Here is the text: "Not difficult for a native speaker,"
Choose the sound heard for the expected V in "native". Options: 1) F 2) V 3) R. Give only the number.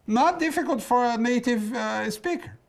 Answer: 2